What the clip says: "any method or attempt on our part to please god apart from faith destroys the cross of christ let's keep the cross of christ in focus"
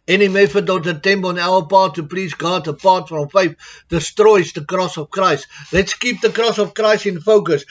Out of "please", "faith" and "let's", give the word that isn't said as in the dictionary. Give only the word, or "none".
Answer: none